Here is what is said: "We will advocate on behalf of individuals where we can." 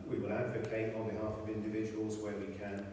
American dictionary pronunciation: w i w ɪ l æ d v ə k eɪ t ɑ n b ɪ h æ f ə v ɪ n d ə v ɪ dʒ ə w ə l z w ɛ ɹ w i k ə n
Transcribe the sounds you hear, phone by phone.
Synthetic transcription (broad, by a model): w i w ɪ l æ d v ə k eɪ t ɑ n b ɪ h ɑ f ə v ɪ n d ə v ɪ dʒ ə w ə l z w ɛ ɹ w i k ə n